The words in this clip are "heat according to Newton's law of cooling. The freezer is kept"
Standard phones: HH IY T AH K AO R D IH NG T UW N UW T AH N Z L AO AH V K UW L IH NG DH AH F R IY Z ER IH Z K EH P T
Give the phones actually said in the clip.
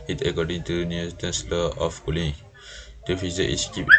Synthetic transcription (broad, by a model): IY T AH K AO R D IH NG T UW N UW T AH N S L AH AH F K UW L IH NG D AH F IY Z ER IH S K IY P